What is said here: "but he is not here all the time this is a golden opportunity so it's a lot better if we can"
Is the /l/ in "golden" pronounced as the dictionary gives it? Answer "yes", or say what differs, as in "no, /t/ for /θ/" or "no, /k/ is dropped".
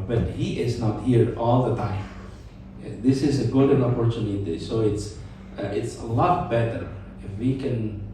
no, /l/ is dropped